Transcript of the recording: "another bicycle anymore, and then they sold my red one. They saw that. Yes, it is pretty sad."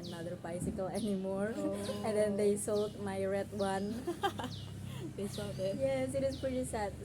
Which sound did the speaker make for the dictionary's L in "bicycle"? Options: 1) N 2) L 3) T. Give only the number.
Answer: 2